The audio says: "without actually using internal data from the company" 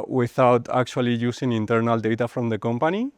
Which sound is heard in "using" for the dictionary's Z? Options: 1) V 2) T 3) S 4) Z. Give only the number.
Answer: 3